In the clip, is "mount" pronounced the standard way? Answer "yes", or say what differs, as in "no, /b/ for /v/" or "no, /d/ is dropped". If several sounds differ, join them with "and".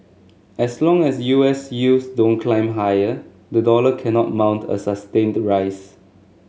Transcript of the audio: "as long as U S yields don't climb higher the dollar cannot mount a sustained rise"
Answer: yes